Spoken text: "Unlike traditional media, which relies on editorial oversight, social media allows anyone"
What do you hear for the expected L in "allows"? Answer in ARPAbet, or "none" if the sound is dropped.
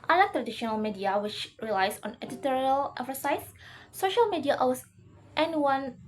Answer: W